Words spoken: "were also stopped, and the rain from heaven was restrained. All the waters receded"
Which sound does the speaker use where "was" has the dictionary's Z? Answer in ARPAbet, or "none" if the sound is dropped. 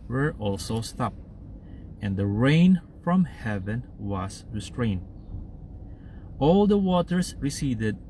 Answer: S